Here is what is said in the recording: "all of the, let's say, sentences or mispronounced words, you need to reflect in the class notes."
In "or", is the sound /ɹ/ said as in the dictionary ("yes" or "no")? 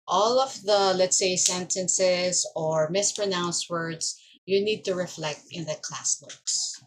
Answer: yes